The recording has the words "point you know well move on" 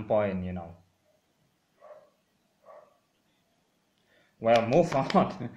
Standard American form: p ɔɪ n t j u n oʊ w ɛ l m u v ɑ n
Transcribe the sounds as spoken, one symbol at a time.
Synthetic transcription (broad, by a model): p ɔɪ n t j u n oʊ w ɛ l m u f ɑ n